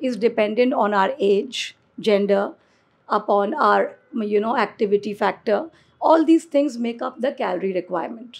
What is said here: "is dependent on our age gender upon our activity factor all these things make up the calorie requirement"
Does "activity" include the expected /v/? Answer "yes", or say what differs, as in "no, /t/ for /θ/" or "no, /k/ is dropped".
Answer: yes